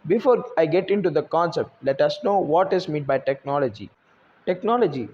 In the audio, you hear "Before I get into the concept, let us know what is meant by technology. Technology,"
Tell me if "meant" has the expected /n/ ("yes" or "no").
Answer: no